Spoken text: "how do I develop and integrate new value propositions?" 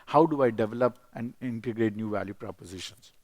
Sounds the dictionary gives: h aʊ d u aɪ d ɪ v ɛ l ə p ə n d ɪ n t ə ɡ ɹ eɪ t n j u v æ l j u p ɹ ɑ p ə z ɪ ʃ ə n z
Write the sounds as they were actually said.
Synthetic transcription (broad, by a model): h aʊ d u aɪ d ɪ v ɛ l ə p ə n d ɪ n t ə ɡ ɹ eɪ t n j u v æ l j u p ɹ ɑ p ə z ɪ ʃ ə n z